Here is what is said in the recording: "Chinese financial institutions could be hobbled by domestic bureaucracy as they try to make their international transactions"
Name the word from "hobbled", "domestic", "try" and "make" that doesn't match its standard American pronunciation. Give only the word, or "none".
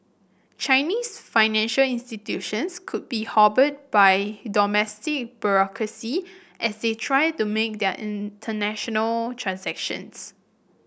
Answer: hobbled